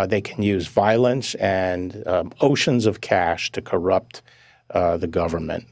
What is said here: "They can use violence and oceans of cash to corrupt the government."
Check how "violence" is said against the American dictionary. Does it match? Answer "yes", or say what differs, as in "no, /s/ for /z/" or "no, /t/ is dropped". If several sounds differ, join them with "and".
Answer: yes